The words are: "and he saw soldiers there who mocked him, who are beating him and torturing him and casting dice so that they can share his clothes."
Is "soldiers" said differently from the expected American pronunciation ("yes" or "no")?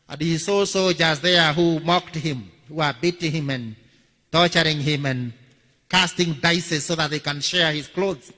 yes